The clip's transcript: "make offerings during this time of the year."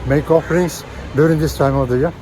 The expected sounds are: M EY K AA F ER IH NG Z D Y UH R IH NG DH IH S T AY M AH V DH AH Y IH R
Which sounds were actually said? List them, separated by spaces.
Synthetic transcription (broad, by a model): M EY K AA F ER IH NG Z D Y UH R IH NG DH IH S T AY M AH V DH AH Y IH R